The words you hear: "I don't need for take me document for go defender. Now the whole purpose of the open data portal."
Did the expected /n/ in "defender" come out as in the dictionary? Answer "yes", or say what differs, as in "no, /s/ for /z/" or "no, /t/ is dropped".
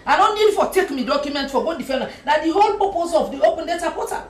no, /l/ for /n/